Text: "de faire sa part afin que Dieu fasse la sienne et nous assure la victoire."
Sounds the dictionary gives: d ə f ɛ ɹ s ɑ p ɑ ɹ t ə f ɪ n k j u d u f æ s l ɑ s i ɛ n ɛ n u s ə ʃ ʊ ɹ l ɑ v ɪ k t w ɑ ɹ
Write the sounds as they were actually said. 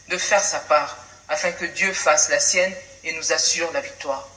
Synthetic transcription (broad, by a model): d ə f ɛ ɹ s ɑ p ɑ ɹ ə f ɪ k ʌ d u f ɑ s l ɑ s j ɛ n ɛ n u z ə s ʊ ɹ l ɑ v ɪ k t w ɑ ɹ